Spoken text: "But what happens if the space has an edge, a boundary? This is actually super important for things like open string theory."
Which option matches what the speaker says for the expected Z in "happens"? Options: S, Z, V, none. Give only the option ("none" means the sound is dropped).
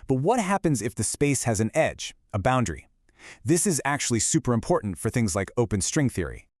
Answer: Z